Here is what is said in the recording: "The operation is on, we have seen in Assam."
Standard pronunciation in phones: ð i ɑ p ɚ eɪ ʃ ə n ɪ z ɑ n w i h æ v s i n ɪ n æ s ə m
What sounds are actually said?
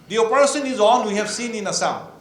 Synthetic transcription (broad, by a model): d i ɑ p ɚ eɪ s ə n ɪ z ɑ n w i h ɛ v s i n ɪ n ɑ s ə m